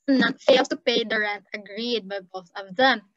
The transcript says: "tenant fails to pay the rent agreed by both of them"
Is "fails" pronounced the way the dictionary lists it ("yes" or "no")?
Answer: no